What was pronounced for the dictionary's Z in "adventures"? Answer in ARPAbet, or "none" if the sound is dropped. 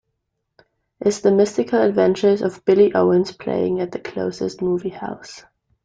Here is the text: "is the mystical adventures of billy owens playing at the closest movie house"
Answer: Z